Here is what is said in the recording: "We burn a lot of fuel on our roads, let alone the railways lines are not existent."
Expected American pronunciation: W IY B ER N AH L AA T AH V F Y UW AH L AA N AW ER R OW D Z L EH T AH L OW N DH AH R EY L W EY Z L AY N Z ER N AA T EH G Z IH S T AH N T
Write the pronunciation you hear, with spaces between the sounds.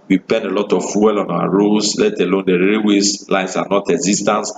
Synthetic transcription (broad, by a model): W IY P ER N AH L AA T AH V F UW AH L AA N AW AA R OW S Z L EH T AH L OW N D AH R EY W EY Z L AY N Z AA N AA T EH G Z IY S T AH N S